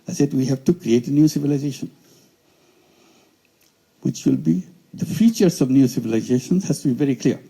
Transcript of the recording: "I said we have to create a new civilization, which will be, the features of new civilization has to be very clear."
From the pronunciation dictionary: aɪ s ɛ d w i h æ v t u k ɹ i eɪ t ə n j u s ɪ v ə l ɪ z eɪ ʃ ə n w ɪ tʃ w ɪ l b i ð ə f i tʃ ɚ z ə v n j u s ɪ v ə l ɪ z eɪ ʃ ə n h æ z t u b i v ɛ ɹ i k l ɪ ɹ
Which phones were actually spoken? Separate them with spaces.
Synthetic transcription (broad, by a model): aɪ s ɛ d w i h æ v t u k ɹ i eɪ t ə n j u s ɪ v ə l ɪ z eɪ ʃ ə n w ɪ tʃ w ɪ l b i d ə f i tʃ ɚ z ə v n j u s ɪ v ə l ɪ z eɪ ʃ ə n h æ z t u b i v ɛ ɹ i k l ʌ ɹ